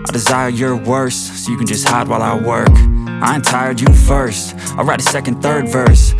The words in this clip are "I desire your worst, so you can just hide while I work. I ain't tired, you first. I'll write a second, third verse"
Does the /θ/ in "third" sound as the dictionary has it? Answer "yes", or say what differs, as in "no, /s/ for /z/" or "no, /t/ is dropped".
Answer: yes